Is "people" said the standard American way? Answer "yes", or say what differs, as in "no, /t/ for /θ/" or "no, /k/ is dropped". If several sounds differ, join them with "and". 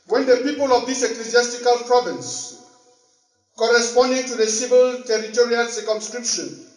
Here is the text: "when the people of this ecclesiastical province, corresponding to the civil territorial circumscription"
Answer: yes